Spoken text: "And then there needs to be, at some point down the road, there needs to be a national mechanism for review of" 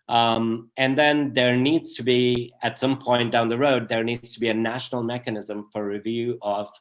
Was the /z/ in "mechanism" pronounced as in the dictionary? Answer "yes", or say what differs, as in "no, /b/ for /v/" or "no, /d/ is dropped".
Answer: yes